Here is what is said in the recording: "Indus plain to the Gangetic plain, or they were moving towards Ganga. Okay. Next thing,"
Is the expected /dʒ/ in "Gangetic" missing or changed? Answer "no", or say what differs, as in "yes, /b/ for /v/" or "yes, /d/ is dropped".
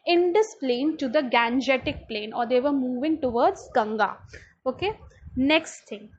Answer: no